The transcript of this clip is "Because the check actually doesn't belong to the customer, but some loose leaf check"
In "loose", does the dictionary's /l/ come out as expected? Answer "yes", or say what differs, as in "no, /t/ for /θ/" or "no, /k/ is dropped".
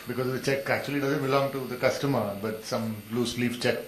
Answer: yes